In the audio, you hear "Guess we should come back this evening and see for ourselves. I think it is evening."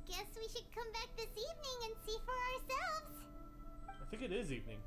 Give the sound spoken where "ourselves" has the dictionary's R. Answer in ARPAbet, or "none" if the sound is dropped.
R